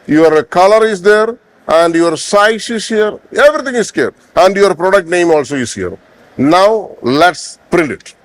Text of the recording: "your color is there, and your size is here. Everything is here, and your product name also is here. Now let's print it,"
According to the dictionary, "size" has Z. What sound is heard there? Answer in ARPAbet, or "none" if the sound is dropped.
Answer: S